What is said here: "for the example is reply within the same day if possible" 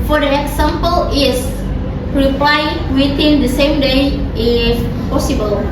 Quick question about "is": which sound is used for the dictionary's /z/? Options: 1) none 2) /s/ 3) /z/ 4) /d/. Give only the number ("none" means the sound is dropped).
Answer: 2